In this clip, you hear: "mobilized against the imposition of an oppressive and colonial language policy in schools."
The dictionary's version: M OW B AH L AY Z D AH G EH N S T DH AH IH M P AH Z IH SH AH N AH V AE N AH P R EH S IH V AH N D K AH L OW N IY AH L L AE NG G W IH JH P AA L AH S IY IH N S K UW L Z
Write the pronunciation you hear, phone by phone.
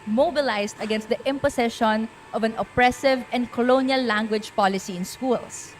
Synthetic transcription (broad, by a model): M OW B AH L AY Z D AH G EH N S T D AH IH M P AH S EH SH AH N AH V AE N AH P R EH S IH V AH N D K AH L OW N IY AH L L AE NG G W IH JH P AA L AH S IY IH N S K UW L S